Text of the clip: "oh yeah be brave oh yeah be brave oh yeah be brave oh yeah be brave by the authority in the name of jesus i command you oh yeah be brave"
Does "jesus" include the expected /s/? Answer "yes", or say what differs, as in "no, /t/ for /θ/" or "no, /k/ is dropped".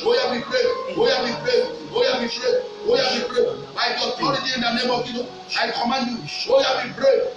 no, /s/ is dropped